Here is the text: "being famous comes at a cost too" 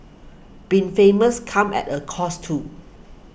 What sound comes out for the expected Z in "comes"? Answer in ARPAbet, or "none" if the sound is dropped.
none